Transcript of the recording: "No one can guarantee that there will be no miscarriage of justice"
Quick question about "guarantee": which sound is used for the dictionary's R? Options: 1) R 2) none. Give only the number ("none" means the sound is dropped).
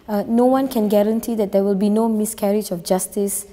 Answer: 1